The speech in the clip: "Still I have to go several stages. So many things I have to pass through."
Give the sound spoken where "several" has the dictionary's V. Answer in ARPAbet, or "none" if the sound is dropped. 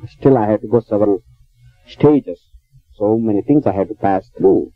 V